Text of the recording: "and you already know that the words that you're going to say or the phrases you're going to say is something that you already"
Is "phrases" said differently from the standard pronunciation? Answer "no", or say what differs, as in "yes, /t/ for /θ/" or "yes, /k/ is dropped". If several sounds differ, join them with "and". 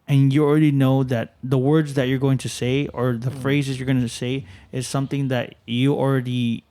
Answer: no